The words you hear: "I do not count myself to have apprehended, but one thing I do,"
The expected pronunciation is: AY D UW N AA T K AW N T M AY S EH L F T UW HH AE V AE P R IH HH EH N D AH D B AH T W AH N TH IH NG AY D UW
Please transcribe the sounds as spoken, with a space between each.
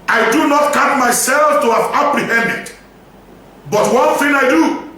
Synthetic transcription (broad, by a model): AY D UW N AA T K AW T M AY S EH L F T UW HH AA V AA P R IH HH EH N D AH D B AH T W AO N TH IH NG AY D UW